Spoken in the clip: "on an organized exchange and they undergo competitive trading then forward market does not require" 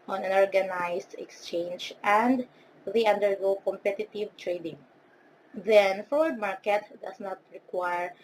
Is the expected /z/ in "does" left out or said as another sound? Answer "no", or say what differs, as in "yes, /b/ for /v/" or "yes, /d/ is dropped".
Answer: yes, /s/ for /z/